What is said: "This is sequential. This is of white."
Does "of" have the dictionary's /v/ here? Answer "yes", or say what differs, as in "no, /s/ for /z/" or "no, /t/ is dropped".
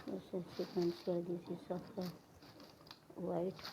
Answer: no, /p/ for /v/